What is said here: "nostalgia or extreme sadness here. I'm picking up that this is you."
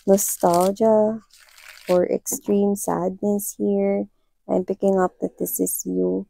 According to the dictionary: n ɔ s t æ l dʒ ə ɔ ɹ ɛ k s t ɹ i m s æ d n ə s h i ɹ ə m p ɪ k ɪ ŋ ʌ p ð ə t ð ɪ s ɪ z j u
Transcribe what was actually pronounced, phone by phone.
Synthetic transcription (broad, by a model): n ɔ s t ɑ l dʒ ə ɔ ɹ ɛ k s t ɹ i m s æ d n ə s h i ɹ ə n p ɪ k ɪ ŋ ʌ p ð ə t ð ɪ s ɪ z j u